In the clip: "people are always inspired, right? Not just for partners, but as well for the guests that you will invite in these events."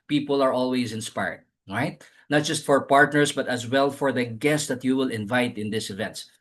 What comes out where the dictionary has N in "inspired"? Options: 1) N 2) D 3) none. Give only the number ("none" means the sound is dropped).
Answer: 1